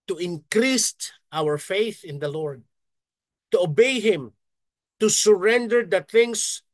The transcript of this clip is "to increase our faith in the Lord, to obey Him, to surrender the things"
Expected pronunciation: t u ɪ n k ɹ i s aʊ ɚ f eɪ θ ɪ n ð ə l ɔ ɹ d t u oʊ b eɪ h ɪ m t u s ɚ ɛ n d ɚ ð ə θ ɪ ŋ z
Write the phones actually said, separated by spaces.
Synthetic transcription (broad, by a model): t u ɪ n k ɹ i s aʊ ɚ f eɪ θ ɪ n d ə l ɔ ɹ d t u oʊ b eɪ h ɪ m t u s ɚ ɛ n d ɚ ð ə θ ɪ ŋ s